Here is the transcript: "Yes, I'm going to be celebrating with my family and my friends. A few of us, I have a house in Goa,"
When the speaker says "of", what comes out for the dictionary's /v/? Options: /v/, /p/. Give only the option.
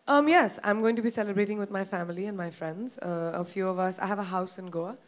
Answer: /v/